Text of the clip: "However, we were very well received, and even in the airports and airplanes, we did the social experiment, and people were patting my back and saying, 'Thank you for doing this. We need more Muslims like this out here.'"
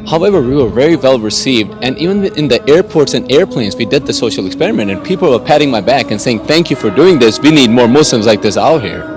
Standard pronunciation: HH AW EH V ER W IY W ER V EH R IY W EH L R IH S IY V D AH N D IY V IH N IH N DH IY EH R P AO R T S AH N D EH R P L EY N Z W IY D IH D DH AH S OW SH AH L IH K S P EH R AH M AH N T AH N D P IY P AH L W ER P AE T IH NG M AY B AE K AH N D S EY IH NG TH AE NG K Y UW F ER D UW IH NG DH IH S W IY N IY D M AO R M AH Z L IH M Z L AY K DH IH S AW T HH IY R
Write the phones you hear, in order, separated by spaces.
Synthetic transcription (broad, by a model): HH AW EH V ER W IY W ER V EH R IY W EH L R IH S IY V D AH N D IY V IH N IH N DH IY EH R P AO R T S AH N EH R P L EY N Z W IY D IH D DH AH S OW SH L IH K S P EH R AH M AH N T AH N P IY P L W ER P AE T IH NG M AY B AE K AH N S EY IH NG TH AE NG K Y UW F ER D UW IH NG DH IH S W IY N IY D M AO R M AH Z L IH M Z L AY K DH IH S AW T HH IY R